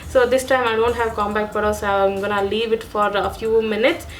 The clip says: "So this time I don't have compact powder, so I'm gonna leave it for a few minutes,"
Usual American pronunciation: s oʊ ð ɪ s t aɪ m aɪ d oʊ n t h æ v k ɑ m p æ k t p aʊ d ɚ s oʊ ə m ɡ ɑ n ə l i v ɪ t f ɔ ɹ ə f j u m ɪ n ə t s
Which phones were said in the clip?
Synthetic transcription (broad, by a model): s oʊ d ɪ s t aɪ m aɪ d oʊ n t h æ v k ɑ m b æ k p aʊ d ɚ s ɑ ə m ɡ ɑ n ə l i v ɪ t f ɔ ɹ ə f j u m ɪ n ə t s